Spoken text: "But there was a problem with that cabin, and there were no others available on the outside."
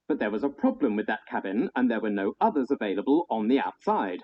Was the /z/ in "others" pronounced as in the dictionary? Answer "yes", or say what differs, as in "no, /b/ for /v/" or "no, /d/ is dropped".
yes